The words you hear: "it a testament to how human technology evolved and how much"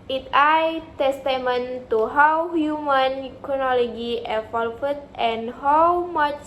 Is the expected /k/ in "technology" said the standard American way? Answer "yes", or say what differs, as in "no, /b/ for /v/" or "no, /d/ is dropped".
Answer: no, /k/ is dropped